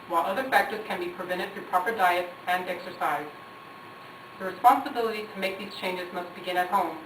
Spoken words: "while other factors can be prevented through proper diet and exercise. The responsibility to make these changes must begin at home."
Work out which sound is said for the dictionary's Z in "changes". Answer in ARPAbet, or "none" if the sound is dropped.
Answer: Z